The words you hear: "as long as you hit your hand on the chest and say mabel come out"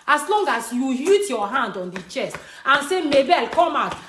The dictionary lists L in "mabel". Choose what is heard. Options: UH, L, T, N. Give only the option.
L